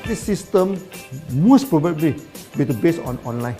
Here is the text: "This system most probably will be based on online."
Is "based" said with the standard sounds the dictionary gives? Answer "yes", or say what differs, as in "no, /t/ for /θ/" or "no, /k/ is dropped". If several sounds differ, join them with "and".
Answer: no, /t/ is dropped